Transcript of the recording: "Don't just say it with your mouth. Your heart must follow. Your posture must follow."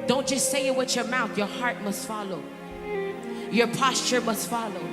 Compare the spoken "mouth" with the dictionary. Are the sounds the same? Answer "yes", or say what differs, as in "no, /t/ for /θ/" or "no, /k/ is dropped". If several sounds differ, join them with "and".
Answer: yes